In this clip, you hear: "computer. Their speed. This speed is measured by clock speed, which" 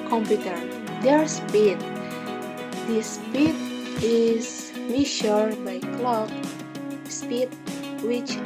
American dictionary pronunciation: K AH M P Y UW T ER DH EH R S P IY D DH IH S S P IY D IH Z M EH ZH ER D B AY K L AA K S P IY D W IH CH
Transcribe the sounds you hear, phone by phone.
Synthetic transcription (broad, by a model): K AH M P Y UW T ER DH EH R S P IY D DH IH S S P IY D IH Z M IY SH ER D B AY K L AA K S P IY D W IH CH